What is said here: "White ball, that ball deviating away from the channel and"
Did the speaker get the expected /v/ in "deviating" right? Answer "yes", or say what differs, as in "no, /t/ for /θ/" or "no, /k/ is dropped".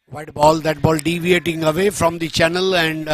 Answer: yes